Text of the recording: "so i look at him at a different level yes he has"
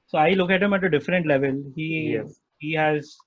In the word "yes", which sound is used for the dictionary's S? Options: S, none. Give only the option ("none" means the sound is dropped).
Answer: none